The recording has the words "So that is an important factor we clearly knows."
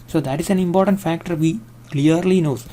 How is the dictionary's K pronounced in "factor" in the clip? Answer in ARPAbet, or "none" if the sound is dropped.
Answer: K